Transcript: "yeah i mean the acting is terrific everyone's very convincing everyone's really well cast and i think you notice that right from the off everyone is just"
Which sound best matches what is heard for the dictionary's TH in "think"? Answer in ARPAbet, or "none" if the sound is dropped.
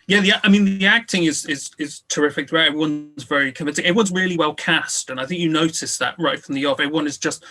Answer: TH